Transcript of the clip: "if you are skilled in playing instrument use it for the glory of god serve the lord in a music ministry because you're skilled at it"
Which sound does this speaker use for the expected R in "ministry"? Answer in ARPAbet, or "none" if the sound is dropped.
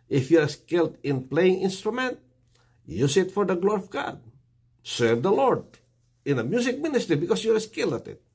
R